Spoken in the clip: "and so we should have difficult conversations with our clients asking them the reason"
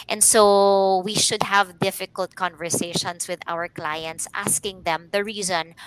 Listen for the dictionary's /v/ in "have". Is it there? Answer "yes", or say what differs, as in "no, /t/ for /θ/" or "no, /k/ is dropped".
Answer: yes